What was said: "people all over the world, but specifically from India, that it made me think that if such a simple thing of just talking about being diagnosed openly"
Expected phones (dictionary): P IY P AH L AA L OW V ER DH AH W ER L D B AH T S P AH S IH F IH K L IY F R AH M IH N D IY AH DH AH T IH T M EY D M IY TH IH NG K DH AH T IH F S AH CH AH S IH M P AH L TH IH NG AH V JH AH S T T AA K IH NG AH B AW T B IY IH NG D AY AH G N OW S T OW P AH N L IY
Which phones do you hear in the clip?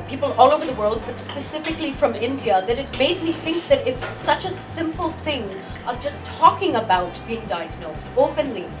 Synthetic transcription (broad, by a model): P IY P L AA L OW V ER DH AH W ER L D B AH T S P AH S IH F IH K L IY F R AH M IH N D IY AH DH AH T IH T M EY D M IY TH IH NG K DH AH T IH F S AH CH AH S IH M P L TH IH NG AH V JH AH S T T AA K IH NG AH B AW T B IY IH NG D AY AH G N OW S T OW P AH N L IY